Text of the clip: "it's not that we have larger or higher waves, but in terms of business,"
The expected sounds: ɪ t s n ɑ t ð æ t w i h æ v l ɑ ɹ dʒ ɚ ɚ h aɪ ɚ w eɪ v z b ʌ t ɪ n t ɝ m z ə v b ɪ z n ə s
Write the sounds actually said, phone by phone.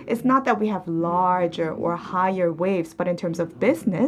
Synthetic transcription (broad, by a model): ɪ t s n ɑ t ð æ t w i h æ v l ɑ ɹ dʒ ɚ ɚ h aɪ ɚ w eɪ v z b ʌ t ɪ n t ɝ m z ə v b ɪ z n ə